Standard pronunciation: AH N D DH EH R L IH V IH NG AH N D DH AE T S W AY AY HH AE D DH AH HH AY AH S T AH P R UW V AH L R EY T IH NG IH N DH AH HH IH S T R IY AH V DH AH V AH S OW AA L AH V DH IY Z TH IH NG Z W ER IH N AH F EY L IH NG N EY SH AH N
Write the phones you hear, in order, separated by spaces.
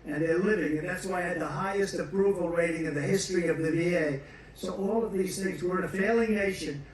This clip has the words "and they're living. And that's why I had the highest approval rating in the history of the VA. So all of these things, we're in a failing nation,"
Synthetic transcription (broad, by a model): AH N DH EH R L IH V IH NG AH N DH AE T S W AY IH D DH AH HH AY AH S T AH P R UW V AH L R EY T IH NG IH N DH AH HH IH S T R IY AH V DH AH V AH S OW AA L AH V DH IY Z TH IH NG Z W ER IH N AH F EY L IH NG N EY SH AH N